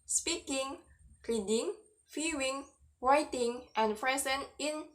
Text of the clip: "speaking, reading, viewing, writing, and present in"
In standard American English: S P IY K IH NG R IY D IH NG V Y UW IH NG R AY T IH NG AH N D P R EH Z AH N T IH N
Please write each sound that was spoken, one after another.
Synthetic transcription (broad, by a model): S P IY K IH NG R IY D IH NG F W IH NG W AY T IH NG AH N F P R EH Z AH N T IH N